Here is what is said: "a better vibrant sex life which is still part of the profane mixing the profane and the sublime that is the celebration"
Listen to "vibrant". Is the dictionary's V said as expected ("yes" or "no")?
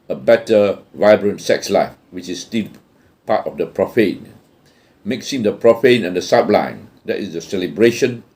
yes